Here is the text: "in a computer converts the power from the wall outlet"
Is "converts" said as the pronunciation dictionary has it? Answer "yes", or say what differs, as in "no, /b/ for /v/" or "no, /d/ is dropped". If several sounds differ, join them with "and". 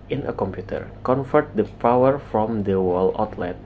no, /f/ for /v/